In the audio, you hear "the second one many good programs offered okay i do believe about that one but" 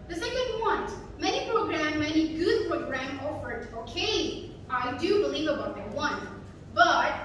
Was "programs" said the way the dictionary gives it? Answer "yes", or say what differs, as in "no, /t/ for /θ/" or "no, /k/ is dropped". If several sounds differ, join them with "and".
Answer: no, /z/ is dropped